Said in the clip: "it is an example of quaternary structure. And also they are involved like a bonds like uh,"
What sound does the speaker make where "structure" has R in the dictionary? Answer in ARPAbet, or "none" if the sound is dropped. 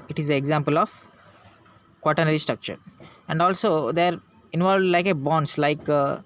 R